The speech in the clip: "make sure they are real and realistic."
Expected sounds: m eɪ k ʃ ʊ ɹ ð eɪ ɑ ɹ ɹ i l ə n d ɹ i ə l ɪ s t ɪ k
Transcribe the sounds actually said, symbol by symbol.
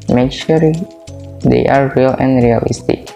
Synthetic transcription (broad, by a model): m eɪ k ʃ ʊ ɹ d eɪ ɑ ɹ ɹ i l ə n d ɹ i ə l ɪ s t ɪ k